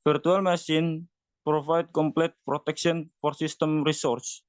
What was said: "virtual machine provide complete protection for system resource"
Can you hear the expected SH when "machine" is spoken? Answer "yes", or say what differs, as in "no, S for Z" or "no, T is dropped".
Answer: no, S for SH